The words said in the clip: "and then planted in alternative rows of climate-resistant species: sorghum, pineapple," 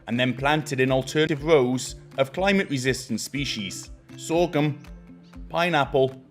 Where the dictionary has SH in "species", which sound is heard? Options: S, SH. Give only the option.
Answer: SH